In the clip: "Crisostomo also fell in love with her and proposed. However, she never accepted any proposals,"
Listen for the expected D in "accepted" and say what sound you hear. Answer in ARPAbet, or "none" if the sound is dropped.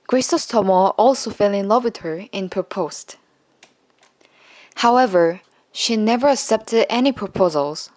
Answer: D